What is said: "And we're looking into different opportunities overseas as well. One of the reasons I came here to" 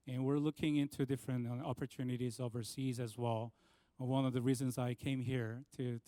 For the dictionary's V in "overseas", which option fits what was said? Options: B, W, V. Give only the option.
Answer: V